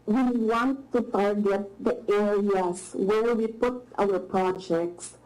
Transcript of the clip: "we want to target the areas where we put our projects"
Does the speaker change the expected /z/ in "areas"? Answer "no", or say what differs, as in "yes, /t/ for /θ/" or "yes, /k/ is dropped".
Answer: yes, /s/ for /z/